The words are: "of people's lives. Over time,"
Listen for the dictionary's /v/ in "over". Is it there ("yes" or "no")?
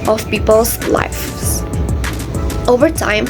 yes